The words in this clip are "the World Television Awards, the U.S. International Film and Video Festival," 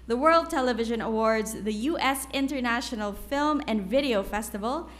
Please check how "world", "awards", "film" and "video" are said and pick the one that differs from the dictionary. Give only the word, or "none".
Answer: none